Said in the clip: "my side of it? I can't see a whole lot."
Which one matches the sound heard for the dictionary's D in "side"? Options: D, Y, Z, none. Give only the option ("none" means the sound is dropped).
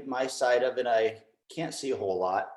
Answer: D